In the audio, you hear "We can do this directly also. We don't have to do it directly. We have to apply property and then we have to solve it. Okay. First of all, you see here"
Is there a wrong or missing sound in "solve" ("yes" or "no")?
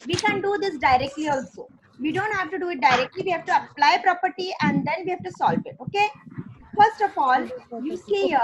yes